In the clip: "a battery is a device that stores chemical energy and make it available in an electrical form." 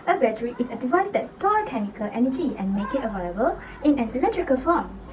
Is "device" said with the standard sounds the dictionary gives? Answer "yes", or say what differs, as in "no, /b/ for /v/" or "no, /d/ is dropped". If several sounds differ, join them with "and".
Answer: yes